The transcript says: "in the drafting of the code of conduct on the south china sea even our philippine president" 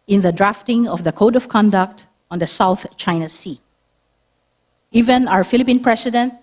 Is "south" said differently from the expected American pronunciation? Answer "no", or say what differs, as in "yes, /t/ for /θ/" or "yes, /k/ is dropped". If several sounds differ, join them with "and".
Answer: no